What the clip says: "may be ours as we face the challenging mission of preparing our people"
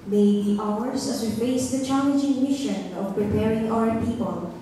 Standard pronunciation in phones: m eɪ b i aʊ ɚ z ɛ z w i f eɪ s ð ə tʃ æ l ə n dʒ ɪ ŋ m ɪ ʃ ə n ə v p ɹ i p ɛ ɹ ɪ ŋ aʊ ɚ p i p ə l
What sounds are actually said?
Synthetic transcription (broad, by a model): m eɪ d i aʊ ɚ s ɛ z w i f eɪ s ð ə tʃ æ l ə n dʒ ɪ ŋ m ɪ ʃ ə n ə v p ɹ i p ɛ ɹ ɪ ŋ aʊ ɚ p i p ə l